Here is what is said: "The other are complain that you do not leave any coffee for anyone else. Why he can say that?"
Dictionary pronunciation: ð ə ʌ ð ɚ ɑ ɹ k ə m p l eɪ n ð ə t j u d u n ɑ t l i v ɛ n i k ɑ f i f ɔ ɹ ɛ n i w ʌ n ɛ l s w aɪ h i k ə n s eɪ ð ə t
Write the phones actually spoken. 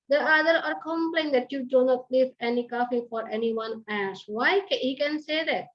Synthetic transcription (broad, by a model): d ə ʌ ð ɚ ɑ ɹ k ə m p l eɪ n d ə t j u d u n ɑ t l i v ɛ n i k ɑ f i f ɔ ɹ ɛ n i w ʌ n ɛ s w aɪ h i k ə n s eɪ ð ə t